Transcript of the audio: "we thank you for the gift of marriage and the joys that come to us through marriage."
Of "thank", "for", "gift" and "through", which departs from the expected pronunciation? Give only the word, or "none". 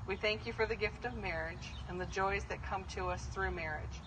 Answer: none